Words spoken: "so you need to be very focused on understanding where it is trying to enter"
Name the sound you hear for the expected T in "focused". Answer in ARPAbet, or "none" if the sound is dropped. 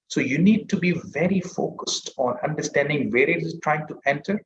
T